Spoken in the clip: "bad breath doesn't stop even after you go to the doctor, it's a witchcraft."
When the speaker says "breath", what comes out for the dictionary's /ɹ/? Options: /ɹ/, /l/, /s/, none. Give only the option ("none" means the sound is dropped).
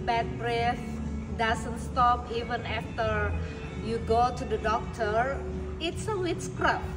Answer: /ɹ/